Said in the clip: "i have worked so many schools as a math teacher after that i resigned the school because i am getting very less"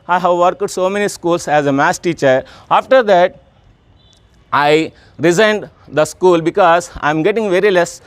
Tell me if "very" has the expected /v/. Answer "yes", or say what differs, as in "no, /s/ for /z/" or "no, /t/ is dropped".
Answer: yes